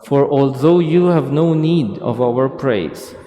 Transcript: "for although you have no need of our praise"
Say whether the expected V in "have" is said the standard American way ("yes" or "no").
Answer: yes